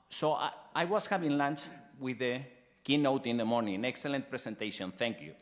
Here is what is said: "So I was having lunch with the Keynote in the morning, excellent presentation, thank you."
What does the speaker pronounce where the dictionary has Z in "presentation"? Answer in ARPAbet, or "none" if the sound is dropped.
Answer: S